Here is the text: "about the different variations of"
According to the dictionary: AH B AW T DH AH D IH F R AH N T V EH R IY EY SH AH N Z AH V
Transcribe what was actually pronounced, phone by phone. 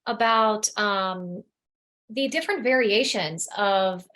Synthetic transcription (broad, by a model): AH B AW T DH AH D IH F R AH N T V EH R IY EY SH AH N Z AH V